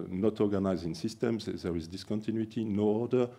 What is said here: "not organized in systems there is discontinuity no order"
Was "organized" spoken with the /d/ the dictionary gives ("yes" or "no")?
no